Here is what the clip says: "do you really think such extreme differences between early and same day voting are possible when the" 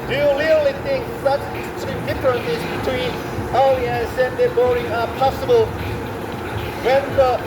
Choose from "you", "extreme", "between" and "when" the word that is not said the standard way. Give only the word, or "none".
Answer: extreme